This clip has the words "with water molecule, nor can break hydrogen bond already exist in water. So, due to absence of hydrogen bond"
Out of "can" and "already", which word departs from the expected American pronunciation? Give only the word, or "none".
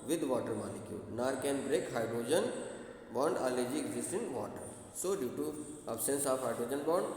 already